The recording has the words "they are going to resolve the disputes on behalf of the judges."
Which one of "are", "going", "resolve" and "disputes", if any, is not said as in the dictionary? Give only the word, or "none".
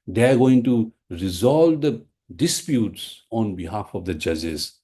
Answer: none